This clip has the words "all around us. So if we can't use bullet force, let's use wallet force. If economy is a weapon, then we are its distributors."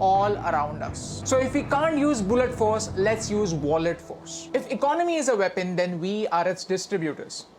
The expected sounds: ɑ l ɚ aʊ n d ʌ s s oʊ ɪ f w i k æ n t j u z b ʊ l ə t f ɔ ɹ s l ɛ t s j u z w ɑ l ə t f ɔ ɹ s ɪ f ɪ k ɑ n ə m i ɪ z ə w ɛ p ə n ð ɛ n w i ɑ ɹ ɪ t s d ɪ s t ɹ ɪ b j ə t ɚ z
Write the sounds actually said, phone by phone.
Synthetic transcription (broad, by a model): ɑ l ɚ aʊ n d ʌ s s oʊ ɪ f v i k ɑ n t j u z b ʊ l ə t f ɔ ɹ s l ɛ t s j u z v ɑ l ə t f ɔ ɹ s ɪ f ɪ k ɑ n ə m i ɪ z ə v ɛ p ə n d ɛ n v i ɑ ɹ ɪ t s d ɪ s t ɹ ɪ b j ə t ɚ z